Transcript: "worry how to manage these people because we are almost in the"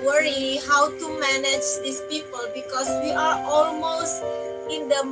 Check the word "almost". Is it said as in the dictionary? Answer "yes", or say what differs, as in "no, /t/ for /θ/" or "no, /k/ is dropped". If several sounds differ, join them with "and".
yes